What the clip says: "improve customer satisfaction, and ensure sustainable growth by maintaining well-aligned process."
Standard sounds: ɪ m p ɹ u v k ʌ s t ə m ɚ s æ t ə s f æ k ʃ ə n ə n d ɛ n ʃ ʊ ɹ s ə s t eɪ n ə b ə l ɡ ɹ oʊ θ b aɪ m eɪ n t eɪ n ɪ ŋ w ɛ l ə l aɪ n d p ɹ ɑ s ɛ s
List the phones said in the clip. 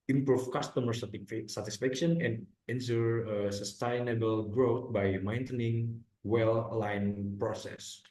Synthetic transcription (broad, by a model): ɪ m p ɹ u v k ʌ s t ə m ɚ s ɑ t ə s f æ k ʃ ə n ə n d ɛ n s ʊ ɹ s ə s t eɪ n ə b ə l ɡ ɹ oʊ t b aɪ m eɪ n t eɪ n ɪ ŋ w ɛ l l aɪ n p ɹ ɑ s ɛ s